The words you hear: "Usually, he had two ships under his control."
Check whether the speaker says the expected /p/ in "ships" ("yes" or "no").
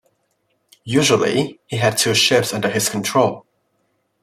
yes